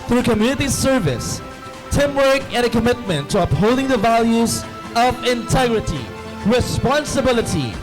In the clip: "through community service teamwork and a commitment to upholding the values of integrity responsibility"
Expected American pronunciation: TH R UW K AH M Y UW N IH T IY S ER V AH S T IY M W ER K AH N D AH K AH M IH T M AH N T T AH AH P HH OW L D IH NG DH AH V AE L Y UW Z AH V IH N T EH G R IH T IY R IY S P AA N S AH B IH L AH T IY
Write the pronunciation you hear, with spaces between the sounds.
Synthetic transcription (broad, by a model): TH R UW K AH M Y UW N IH T IY S ER V AH S T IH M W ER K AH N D AH K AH M IH T M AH N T T AH AH P HH OW L D IH NG DH AH V AE L Y UW Z AH V IH N T EH G R IH T IY R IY S P AA N S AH B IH L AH T IY